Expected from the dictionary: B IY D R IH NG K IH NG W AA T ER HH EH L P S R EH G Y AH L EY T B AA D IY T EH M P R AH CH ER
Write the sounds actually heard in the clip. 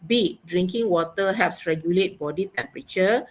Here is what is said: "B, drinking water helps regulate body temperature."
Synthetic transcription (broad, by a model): B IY D R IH NG K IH NG W AA T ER HH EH P S R EH G Y AH L EY T B AA D IY T EH M P R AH CH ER